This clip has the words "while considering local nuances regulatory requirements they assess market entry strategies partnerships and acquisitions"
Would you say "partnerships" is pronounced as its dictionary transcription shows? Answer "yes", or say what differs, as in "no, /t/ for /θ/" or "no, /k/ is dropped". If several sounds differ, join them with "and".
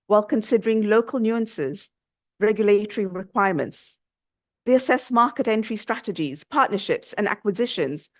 yes